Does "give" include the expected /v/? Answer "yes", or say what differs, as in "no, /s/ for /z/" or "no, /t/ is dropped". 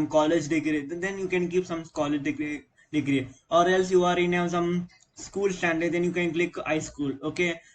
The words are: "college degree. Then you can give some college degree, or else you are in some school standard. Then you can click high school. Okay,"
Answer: no, /p/ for /v/